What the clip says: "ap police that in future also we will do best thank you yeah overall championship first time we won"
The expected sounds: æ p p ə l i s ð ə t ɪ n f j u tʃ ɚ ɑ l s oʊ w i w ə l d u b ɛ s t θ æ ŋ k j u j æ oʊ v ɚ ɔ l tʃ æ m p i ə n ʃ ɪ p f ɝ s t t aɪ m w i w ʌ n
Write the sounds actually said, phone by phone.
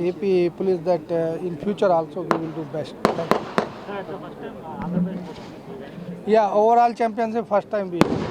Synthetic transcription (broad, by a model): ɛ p p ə l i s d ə t ɪ n f j u tʃ ɚ ɑ l s oʊ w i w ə l d u b ɛ s t t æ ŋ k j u j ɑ oʊ v ɚ ɔ l tʃ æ m p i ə n s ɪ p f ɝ s t t aɪ m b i